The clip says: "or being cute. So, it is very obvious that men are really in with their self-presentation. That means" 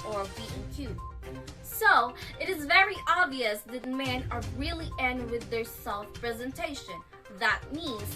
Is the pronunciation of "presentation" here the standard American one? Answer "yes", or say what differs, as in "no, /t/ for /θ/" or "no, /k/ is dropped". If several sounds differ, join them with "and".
yes